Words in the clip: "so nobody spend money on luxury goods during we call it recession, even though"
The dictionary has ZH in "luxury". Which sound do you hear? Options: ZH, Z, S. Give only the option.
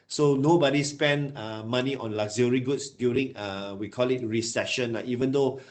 Z